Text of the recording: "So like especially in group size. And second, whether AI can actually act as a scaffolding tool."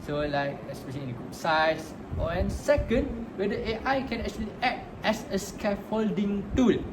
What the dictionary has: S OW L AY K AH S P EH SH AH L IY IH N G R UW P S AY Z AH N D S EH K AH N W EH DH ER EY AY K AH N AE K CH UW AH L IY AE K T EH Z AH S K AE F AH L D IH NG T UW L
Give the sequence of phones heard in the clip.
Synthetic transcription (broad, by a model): S OW L AY K AH S P EH SH AH L IY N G UW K S AY S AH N S EH K AH N W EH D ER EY AY K AH N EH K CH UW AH L IY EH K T EH S AH S K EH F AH L D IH NG T UW L